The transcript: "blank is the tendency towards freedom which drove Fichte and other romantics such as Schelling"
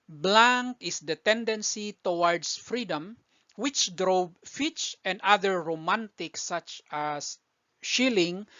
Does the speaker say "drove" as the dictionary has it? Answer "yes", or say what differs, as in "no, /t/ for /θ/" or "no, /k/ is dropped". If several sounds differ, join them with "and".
no, /b/ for /v/